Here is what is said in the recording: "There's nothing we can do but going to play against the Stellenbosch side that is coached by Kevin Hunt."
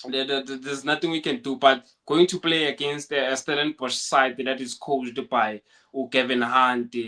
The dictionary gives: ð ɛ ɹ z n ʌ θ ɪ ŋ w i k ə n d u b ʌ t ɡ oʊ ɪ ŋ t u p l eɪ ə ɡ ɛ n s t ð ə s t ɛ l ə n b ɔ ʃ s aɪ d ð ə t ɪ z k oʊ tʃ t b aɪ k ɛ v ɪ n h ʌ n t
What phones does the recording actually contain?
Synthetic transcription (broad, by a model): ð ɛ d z n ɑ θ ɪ ŋ w i k ə n d u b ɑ t ɡ oʊ ɪ ŋ t u p l eɪ ə ɡ ɛ n s t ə s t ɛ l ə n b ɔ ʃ s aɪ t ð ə t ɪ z k oʊ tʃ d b aɪ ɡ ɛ v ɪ n h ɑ n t